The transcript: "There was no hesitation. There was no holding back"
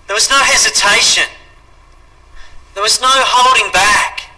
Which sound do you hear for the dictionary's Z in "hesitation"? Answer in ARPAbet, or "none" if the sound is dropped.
Z